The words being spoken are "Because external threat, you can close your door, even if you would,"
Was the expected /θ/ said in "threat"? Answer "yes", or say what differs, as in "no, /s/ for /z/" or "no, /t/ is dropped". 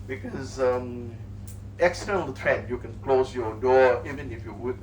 no, /t/ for /θ/